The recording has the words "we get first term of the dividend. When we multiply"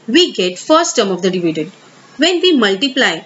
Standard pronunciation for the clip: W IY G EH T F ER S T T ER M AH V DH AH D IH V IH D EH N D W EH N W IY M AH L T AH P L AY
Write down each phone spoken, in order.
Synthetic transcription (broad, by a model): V IY G EH T F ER S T T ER M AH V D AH D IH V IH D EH D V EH N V IY M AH L T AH P L AY